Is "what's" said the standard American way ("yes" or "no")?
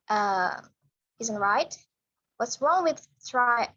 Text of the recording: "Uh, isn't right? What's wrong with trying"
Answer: yes